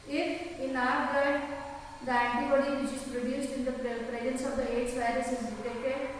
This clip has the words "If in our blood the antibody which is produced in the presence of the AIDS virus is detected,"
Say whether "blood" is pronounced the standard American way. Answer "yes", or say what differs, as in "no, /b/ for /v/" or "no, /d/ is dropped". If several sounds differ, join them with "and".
no, /l/ is dropped